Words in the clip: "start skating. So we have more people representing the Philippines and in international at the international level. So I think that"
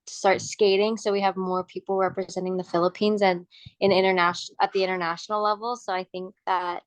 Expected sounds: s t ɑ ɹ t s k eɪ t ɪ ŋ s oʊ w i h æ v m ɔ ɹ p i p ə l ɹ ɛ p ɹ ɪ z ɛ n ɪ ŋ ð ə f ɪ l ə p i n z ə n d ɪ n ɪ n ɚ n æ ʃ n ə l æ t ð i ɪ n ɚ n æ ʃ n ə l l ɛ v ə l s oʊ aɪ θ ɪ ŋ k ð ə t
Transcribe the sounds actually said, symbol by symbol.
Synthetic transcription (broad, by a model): s t ɑ ɹ t s k eɪ t ɪ ŋ s oʊ w i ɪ v m ɔ ɹ p i p l ɹ ɛ p ɹ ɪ z ɛ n ɪ ŋ ð ə f ɪ l ə p i n z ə n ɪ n ɪ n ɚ n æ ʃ ə t ð i ɪ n ɚ n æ ʃ n l l ɛ v l s oʊ aɪ θ ɪ ŋ k ð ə t